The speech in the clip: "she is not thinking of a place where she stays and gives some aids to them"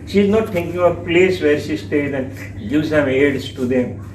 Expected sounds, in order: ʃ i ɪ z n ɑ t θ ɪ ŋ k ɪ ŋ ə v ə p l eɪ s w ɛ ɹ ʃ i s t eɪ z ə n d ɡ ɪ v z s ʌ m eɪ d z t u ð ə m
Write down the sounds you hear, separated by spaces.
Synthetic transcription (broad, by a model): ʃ i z n ɑ t t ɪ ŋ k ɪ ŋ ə ə p l eɪ s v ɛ ɹ ʃ i s t eɪ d ə n d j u z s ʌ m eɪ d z t u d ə m